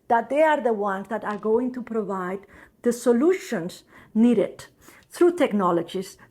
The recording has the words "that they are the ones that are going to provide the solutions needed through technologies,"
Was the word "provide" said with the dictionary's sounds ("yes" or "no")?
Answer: yes